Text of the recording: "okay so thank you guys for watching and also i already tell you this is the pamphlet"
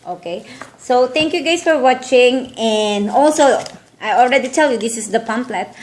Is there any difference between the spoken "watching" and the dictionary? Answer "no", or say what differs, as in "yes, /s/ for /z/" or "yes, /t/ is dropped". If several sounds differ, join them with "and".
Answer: no